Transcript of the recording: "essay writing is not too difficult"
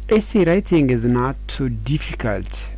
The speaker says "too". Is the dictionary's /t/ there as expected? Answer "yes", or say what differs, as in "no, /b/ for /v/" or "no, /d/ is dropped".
no, /s/ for /t/